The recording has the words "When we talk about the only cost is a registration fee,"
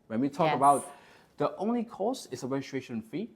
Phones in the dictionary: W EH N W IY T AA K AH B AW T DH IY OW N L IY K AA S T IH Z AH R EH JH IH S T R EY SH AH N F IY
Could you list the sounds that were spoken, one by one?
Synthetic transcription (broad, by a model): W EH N W IY T AA K AH B AW T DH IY OW N L IY K AA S IH S AH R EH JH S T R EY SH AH N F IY